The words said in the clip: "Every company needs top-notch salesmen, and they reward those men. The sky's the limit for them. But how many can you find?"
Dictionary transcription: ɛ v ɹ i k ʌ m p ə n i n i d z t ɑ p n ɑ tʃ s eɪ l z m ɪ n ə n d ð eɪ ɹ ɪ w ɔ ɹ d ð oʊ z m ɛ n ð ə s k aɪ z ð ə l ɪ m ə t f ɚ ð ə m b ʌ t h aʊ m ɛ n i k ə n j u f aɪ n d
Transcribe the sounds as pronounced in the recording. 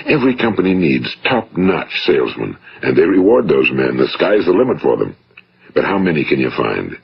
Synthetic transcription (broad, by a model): ɛ v ɹ i k ʌ m p ə n i n i d z t ɑ p n ɑ tʃ s eɪ l z m ɪ n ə n ð eɪ ɹ ɪ w ɔ ɹ d ð oʊ z m ɛ n ð ə s k aɪ z ð ə l ɪ m ə t f ɚ ð ə m b ʌ t h aʊ m ɛ n i k ə n j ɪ f aɪ n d